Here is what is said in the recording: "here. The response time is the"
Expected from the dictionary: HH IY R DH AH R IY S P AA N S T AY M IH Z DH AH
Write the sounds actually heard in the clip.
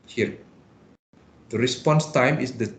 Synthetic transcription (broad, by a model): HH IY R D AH R IY S P AA N S T AY M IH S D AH